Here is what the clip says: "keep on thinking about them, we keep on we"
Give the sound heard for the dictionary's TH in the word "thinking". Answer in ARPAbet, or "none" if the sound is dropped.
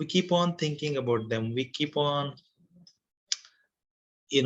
T